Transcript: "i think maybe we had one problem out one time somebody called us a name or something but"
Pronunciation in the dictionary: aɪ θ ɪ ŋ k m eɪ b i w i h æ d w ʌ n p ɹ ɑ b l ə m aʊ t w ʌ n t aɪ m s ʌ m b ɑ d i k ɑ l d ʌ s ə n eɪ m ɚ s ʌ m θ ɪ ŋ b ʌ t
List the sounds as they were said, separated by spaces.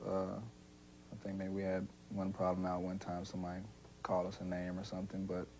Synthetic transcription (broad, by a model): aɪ θ ɪ ŋ k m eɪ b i w i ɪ d w ʌ n p ɹ ɑ b l ə m aʊ t w ʌ n t aɪ m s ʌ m ɑ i k ɑ l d ʌ s ə n eɪ m ɚ s ʌ m θ ɪ ŋ b ʌ t